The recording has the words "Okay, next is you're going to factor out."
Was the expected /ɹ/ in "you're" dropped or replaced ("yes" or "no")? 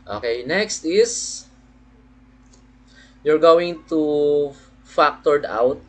no